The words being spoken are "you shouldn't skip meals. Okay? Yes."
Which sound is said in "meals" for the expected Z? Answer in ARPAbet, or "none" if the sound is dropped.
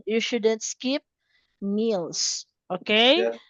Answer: S